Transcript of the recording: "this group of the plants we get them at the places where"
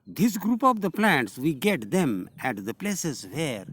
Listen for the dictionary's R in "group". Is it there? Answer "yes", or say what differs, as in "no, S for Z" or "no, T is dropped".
yes